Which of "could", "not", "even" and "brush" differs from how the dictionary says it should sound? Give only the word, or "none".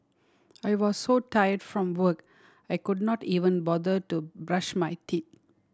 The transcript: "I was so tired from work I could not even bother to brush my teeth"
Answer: none